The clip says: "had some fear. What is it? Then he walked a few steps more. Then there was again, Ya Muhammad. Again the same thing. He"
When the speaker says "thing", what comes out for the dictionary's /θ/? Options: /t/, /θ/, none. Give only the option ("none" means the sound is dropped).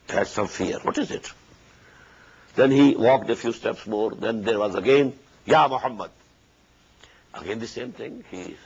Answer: /t/